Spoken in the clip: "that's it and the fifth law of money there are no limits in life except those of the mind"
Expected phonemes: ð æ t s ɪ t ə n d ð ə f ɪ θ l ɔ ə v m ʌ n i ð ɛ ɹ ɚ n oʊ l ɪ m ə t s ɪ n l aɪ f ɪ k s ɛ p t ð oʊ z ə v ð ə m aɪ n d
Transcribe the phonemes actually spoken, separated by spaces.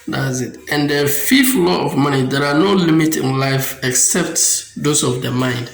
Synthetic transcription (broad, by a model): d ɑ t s ɪ t ə n d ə f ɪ f l ɔ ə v m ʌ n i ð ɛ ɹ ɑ n oʊ l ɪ m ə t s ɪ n l aɪ f ɪ k s ɛ p t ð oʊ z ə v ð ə m aɪ n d